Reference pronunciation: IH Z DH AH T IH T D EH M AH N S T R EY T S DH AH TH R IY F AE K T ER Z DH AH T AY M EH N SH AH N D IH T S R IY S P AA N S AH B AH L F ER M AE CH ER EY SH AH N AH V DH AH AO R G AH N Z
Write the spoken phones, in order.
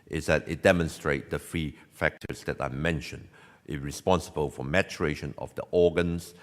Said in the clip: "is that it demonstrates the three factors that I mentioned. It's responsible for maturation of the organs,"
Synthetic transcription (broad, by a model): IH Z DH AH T IH T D EH M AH N S T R EY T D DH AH F R IY F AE K T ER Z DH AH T AY M EH N SH AH N D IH R IY S P AA N S AH B AH L F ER M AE CH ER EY SH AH N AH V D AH AO G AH N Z